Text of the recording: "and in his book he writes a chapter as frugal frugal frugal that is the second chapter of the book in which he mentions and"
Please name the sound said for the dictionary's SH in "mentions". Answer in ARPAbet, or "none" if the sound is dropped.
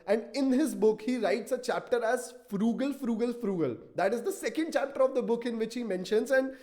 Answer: SH